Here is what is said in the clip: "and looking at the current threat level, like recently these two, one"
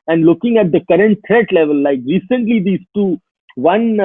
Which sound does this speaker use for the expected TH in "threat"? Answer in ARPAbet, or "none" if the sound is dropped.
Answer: T